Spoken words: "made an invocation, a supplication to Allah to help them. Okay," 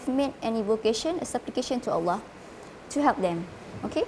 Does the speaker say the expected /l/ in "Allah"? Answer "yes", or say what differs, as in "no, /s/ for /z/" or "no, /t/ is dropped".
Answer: yes